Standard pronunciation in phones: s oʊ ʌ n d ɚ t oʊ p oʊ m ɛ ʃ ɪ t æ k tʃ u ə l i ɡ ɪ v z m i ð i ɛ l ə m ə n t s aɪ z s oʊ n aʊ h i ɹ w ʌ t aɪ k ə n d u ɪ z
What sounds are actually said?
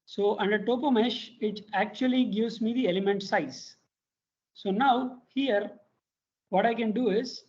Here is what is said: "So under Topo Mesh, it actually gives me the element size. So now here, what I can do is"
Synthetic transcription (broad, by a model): s oʊ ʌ n d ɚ t oʊ p oʊ m ɛ ʃ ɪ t æ k tʃ u ə l i ɡ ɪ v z m i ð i ɛ l ə m ə n t s aɪ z s oʊ n aʊ h i ɹ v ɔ t aɪ k ə n d u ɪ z